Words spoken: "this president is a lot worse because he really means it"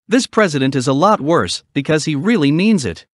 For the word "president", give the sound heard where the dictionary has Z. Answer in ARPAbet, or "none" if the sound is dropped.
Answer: Z